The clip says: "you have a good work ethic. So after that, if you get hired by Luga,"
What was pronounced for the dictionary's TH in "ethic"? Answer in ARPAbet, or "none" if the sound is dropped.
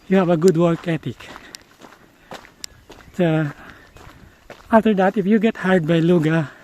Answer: T